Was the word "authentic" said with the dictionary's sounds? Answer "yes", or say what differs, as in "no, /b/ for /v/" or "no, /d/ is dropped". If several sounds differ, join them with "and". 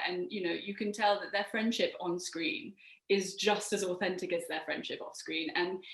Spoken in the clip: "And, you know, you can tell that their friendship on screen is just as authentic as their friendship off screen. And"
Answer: yes